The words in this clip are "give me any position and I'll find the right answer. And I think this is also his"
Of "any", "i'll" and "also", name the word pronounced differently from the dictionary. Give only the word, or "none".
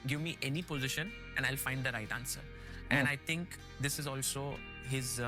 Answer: none